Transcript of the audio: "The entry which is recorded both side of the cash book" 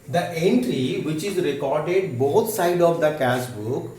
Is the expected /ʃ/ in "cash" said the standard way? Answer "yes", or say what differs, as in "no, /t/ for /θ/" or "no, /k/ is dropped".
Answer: no, /s/ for /ʃ/